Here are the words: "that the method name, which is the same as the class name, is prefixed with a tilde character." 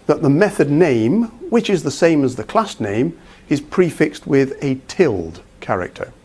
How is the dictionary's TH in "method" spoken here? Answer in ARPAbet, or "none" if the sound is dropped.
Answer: TH